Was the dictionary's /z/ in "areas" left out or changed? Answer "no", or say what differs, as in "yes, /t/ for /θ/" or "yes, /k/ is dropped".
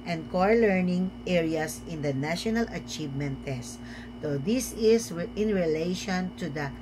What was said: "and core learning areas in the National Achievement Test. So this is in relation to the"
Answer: yes, /s/ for /z/